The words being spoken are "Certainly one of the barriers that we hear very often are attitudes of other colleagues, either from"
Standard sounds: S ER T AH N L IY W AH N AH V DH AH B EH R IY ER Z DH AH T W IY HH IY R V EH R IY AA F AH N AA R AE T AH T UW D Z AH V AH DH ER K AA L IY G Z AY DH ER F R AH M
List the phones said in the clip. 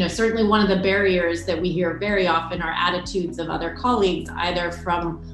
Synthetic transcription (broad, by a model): S ER T N L IY W AH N AH V DH AH B EH R IY ER Z DH AH T W IY HH IY R V EH R IY AA F AH N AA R AE T AH T UW D Z AH V AH DH ER K AA L IY G Z AY DH ER F R AH M